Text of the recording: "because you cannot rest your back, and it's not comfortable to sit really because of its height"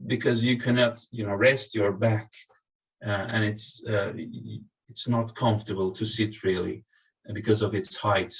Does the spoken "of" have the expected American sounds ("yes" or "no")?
yes